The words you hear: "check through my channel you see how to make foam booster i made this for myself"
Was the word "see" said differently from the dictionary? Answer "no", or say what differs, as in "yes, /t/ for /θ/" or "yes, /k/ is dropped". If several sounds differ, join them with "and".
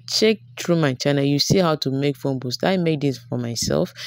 no